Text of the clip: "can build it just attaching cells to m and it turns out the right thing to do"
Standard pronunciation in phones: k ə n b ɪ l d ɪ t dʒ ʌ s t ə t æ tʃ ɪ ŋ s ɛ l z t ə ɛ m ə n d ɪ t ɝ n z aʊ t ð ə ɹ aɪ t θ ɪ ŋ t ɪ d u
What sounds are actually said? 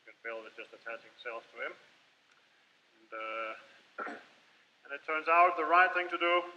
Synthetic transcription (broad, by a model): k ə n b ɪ l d ɪ t dʒ ʌ s t ə t æ tʃ ɪ ŋ s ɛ l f t ə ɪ m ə n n ɪ t ɝ n z aʊ t ð ə ɹ aɪ t θ ɪ ŋ t ɪ d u